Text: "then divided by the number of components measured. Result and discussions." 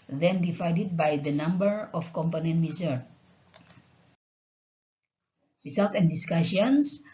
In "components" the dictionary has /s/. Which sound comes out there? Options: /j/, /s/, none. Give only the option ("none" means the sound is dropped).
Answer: none